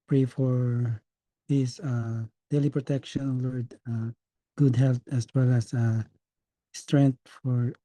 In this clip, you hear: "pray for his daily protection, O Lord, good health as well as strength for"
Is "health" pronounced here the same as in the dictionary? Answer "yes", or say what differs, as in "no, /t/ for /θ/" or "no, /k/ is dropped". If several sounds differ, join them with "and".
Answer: no, /t/ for /θ/